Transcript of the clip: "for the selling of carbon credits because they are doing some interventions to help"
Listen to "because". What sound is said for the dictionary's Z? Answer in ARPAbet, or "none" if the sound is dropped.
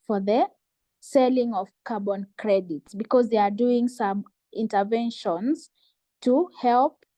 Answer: Z